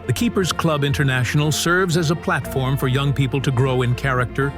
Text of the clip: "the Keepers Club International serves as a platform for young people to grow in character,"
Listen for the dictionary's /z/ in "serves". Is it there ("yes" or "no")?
yes